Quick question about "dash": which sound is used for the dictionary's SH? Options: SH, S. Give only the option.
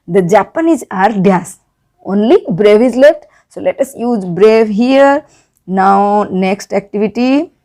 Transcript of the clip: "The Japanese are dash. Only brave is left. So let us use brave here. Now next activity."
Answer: S